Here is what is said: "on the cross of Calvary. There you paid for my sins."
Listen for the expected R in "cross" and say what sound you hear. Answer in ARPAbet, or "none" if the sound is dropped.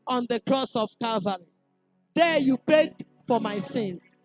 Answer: R